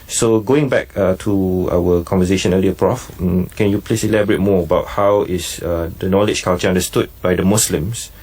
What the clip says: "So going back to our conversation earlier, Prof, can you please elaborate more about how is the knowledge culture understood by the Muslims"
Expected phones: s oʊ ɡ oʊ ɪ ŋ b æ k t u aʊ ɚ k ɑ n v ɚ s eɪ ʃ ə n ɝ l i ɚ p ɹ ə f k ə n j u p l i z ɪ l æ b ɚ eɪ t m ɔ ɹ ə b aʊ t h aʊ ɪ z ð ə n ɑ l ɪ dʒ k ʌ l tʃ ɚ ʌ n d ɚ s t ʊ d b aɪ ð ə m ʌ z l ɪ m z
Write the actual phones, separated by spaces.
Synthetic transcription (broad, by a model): s oʊ ɡ oʊ ɪ ŋ b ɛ k t u aʊ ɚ k ɑ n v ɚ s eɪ ʃ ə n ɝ l i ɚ p ɹ ə f k ə n j u p l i s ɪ l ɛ b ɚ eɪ t m ɔ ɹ ə b aʊ t h aʊ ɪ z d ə n ɑ l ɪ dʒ k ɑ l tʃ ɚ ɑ n d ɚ s t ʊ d b aɪ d ə m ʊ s l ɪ m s